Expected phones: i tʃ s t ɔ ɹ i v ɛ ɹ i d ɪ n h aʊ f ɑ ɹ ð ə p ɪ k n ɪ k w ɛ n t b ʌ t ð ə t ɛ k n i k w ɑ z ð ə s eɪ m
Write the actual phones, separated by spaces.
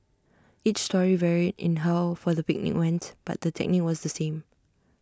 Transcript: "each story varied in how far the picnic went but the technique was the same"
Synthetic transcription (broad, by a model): i tʃ s t ɔ ɹ i v ɛ ɹ i d ɪ n h aʊ f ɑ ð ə p ɪ k n ɪ k w ɛ n t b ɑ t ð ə t ɛ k n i k w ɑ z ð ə s eɪ m